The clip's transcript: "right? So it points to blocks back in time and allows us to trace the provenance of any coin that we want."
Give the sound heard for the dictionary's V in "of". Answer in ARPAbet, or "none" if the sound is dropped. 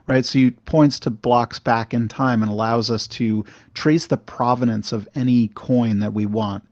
V